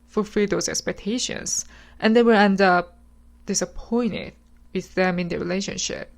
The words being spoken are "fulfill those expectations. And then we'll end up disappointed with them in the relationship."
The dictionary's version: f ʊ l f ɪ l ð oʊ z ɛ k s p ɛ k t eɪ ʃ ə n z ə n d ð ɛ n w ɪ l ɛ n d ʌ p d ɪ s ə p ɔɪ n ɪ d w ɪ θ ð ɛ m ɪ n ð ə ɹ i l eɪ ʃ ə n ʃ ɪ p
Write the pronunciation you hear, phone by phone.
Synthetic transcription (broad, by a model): f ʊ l f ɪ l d oʊ s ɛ k s p ɛ k t eɪ ʃ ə n s ə n d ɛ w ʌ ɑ n d ʌ p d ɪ s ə p ɔɪ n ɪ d w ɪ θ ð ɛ m ɪ n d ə ɹ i l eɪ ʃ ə n ʃ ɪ p